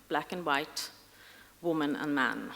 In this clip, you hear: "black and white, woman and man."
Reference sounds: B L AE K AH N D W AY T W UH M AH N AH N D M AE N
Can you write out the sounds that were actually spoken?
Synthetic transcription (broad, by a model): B L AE K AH N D W AY T W UH M AH N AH N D M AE N